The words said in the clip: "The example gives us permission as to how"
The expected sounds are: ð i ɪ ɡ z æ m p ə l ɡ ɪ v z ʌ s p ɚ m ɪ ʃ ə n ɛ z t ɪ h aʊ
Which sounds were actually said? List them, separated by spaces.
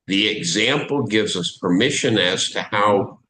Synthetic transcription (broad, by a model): ð i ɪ ɡ z æ m p l ɡ ɪ v z ʌ s p ɚ m ɪ ʃ ə n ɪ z t ɪ h aʊ